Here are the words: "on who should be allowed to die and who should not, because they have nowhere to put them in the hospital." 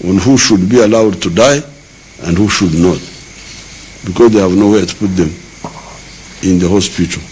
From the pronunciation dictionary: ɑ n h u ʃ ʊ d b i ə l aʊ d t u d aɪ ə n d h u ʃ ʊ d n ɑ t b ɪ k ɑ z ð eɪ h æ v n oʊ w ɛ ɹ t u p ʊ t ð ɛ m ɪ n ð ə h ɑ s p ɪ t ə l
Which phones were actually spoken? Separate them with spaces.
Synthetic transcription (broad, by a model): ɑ n h u ʃ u d b i ə l aʊ d t u d aɪ ə n d h u ʃ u d n ɑ t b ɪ k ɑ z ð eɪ h æ v n oʊ w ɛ t u p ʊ t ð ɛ m ɪ n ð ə h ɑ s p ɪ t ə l